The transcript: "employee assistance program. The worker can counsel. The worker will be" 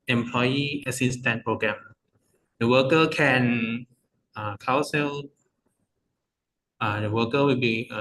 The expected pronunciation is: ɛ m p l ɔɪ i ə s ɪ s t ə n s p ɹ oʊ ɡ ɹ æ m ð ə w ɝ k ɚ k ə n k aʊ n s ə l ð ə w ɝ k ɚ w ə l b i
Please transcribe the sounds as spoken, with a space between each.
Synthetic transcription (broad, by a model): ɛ m p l ɔɪ i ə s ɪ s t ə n p ɹ oʊ ɡ ɹ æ m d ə w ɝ k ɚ k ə n k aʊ s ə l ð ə w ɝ k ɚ w ə l b i